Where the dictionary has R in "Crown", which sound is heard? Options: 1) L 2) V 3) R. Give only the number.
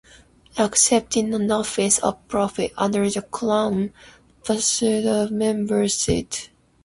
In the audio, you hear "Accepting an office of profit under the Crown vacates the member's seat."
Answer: 1